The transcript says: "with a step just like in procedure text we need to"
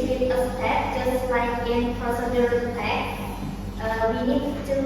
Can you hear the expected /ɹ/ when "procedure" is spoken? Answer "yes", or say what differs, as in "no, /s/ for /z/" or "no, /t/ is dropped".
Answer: no, /ɹ/ is dropped